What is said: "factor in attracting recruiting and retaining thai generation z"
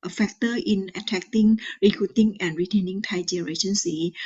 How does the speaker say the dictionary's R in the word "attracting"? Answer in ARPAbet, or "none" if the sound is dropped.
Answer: none